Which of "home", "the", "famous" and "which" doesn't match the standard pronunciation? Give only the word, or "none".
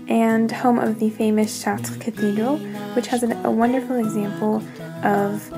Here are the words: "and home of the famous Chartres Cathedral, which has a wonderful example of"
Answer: none